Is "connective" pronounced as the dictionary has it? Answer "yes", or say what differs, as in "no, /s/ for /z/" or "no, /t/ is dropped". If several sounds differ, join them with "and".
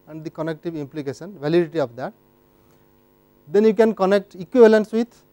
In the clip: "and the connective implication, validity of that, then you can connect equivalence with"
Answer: yes